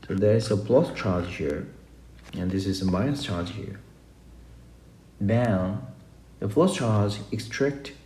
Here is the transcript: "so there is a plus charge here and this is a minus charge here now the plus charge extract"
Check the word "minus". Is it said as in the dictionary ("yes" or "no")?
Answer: no